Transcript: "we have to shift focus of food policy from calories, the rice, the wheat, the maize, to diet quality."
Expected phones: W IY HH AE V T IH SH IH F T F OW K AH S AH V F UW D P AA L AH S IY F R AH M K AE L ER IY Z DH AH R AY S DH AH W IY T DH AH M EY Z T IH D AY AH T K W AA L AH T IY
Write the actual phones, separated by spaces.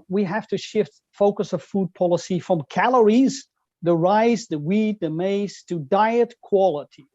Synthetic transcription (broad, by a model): W IY HH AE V T IH SH IH F T F OW K AH S AH V F UW D P AA L AH S IY F R AH M K AE L ER IY Z DH AH R AY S DH AH W IY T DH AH M EY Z T IH D AY AH T K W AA L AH T IY